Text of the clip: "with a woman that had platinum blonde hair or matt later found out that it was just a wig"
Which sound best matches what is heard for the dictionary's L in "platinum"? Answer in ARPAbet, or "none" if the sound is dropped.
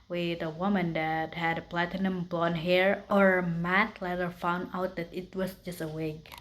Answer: L